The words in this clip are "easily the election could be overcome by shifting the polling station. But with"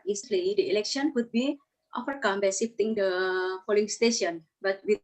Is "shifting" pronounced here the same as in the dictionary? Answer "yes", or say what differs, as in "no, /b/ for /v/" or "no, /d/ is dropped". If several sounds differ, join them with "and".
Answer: no, /s/ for /ʃ/